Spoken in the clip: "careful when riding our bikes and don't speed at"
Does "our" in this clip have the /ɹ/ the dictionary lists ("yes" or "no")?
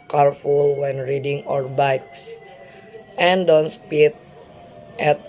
yes